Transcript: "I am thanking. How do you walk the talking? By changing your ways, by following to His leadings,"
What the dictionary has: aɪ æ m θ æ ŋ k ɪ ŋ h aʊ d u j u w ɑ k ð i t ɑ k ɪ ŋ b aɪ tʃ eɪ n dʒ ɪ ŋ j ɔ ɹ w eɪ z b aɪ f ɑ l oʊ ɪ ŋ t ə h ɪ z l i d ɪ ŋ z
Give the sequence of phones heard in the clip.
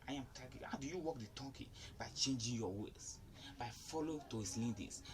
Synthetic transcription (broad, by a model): aɪ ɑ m t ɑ k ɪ h aʊ d u j u w ɑ k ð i t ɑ k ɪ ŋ b aɪ tʃ eɪ n dʒ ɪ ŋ j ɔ w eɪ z b aɪ f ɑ l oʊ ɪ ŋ t ə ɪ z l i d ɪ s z